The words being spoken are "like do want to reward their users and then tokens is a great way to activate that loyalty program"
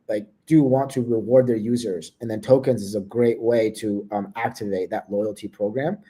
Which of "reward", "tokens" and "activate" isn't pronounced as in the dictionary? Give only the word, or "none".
none